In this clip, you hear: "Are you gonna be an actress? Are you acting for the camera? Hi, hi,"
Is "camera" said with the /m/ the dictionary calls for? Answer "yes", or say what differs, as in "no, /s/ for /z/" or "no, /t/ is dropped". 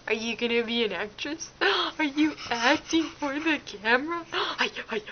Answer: yes